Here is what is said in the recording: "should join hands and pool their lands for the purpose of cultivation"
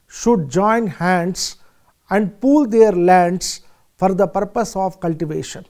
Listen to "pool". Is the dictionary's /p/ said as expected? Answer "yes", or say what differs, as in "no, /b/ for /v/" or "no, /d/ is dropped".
yes